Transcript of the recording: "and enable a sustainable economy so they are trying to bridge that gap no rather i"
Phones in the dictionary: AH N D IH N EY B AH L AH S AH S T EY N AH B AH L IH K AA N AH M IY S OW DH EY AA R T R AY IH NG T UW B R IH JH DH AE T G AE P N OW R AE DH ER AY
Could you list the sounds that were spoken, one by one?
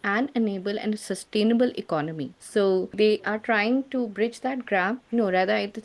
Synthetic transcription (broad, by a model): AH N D IH N EY B AH L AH S AH S T EY N AH B AH L IH K AA N AH M IY S OW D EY AA R T R AY IH NG T UW B R IH JH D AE T G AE F N OW R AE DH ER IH